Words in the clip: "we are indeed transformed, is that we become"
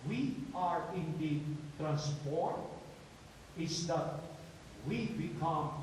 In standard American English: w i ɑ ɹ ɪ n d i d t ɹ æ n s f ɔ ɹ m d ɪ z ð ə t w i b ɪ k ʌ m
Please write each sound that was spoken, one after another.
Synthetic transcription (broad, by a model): w i ɑ ɹ ɪ n d i d t ɹ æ n s p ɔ ɹ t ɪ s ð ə t w i b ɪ k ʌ m